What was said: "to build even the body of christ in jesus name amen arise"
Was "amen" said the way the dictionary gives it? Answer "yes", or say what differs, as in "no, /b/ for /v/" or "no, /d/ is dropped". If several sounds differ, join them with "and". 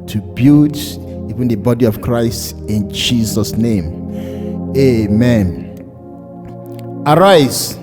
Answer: yes